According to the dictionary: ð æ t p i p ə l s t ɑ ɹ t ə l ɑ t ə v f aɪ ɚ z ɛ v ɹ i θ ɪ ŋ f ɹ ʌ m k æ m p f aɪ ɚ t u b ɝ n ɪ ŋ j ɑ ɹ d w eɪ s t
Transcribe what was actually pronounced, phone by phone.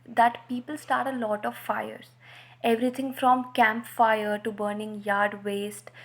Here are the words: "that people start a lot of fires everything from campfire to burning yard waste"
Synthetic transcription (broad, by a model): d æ t p i p ə l s t ɑ ɹ t ə l ɑ t ə v f aɪ ɚ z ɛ v ɹ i t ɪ ŋ f ɹ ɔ m k æ m p f aɪ ɚ t u b ɝ n ɪ ŋ j ɑ ɹ d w eɪ s t